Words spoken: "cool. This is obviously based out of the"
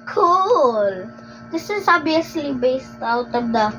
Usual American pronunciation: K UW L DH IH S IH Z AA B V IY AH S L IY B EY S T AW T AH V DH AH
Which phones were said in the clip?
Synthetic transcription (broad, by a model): K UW L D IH S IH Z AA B IY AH S L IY B EY S T AW T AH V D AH